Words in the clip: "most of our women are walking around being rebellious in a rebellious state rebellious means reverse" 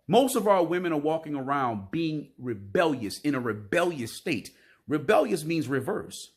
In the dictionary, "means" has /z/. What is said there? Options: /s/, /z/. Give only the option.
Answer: /z/